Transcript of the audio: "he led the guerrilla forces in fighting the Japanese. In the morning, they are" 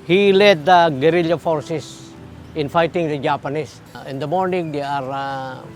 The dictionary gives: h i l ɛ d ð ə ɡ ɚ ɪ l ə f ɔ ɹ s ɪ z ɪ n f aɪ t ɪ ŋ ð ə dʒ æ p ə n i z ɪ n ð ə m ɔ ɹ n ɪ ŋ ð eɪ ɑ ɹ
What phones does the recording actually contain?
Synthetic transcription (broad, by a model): h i l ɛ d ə ɡ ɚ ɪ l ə f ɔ ɹ s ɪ s ɪ n f aɪ t ɪ ŋ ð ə dʒ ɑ p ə n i s ɪ n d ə m ɔ ɹ n ɪ ŋ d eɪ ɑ ɹ